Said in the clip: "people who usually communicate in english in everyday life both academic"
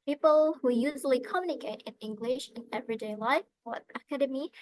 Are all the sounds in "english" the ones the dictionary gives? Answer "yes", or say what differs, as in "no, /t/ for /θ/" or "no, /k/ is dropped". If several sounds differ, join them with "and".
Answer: yes